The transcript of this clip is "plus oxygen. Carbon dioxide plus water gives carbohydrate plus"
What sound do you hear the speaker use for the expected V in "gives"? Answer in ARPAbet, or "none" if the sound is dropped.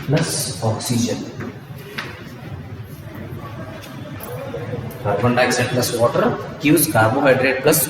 none